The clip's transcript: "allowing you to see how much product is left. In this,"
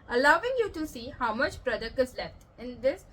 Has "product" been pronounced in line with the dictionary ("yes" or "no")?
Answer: no